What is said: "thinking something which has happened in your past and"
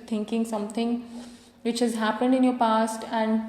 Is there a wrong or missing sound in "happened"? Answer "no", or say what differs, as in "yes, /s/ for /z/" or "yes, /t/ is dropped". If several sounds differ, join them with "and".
no